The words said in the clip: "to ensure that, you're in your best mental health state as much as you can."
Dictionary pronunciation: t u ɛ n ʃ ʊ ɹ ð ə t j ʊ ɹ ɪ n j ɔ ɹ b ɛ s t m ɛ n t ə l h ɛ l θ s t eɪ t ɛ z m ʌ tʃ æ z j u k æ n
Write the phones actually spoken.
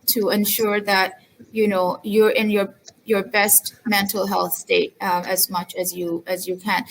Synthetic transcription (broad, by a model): t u ɛ n ʃ ʊ ɹ ð ə t j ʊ ɹ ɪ n j ɔ ɹ b ɛ s t m ɛ n t ə l h ɛ l θ s t eɪ t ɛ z m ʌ tʃ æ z j u k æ n